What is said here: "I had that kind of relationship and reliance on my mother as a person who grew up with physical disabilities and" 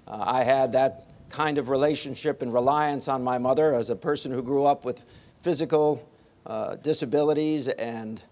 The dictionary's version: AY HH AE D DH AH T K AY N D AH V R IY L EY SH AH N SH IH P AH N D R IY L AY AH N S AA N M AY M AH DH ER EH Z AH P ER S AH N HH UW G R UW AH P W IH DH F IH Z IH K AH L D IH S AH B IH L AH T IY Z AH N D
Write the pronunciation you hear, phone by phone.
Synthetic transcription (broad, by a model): AY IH D DH AH T K AY N D AH V R IY L EY SH AH N SH IH P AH N R IY L AY AH N S N M AY M AH DH ER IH Z AH P ER S AH N HH UW G R UW AH P W IH DH F IH Z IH K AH L D IH S AH B IH L AH T IY Z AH N